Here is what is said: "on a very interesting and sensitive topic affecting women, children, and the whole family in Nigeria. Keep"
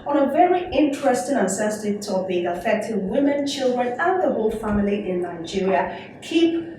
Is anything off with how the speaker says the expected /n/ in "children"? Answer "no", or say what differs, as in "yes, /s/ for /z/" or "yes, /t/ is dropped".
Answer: no